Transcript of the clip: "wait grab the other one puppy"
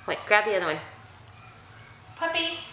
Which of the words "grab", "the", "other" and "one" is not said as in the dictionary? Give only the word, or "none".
none